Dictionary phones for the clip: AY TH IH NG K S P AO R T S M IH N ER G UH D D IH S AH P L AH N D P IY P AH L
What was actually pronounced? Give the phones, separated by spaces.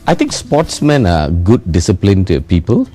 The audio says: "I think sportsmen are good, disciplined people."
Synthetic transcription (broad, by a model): AY T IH NG K S P AO T S M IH N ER G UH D D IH S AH P L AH N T P IY P AH L